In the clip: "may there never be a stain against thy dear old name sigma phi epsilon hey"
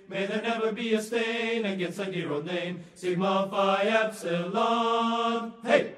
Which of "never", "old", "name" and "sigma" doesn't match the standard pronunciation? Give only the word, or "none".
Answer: old